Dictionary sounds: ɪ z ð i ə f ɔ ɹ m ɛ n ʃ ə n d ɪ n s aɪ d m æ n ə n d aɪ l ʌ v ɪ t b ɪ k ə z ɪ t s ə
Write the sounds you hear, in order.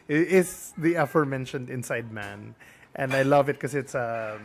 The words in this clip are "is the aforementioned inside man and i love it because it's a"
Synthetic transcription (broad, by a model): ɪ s ð i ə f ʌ ɹ m ɛ n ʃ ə n d ɪ n s aɪ d m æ n ə n d aɪ l ʌ v ɪ t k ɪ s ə ɪ t s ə